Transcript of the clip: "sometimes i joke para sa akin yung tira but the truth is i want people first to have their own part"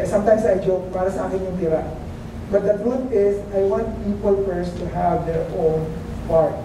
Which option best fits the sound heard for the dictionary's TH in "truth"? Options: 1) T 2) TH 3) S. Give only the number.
1